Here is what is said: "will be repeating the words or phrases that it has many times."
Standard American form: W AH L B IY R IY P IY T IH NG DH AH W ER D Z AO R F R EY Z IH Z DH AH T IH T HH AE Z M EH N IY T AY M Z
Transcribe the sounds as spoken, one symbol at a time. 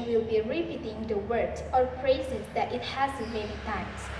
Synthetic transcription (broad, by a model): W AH L B IY R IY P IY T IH NG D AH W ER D AO R P R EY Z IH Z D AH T IH T HH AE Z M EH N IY T AY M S